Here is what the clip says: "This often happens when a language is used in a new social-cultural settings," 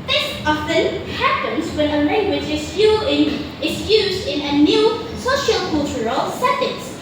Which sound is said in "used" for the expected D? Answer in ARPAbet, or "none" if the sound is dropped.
D